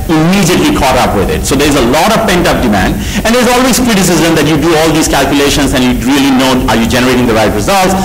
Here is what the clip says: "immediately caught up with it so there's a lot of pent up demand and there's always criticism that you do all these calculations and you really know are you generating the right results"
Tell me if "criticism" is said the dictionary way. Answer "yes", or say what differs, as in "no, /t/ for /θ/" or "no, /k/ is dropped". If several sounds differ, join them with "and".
yes